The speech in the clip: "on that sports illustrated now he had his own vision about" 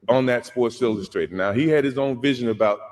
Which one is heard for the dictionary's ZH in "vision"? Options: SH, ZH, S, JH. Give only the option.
ZH